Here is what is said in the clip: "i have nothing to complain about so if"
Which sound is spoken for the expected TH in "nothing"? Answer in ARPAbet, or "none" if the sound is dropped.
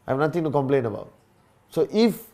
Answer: T